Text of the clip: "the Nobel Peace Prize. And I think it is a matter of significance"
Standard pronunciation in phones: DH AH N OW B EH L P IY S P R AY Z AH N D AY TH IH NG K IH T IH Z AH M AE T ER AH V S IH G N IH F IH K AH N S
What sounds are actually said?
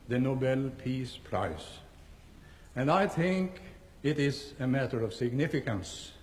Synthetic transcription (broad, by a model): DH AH N OW B EH L P IY S P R AY S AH N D AY TH IH NG K IH T IH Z AH M AE T ER AH V S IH G N IH F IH K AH N S